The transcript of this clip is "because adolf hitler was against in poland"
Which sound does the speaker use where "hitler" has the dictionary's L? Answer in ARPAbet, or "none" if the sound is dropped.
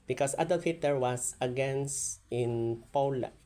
none